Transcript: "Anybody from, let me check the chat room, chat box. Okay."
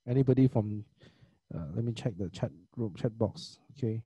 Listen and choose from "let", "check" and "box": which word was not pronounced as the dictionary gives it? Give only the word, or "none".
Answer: none